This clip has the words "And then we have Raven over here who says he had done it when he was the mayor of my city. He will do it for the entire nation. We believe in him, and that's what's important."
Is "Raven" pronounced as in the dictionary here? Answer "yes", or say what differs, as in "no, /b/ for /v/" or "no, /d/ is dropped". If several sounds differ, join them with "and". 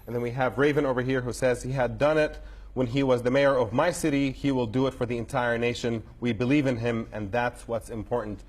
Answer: yes